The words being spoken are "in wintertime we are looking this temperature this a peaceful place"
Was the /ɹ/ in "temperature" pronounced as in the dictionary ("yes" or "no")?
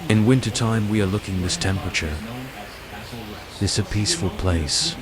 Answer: yes